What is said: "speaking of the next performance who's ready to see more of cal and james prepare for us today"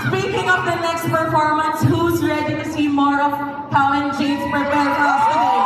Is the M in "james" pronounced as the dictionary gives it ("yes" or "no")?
no